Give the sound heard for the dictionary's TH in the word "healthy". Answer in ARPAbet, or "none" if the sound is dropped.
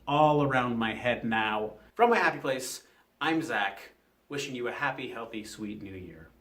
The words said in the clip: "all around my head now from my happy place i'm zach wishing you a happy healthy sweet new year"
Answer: TH